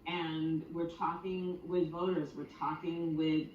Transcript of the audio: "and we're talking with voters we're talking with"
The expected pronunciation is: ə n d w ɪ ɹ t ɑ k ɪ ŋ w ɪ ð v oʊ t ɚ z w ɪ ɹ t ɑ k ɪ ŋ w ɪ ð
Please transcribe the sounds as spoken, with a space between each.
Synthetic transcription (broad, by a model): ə n w ɪ ɹ t ɑ k ɪ ŋ w ɪ ð v oʊ t ɚ z w ɪ ɹ t ɑ k ɪ ŋ w ɪ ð